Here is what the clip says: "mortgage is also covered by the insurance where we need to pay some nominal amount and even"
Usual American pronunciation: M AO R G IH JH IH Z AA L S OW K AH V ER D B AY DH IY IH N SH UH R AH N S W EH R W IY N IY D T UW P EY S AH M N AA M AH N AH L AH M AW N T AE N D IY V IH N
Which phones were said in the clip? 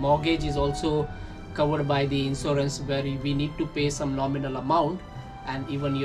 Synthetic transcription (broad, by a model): M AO G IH JH IH Z AA L S OW K AH V ER D B AY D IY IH N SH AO R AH N S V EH R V IY N IY D T UW P EY S AH M N AA M AH N AH L AH M AW N T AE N D IY V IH N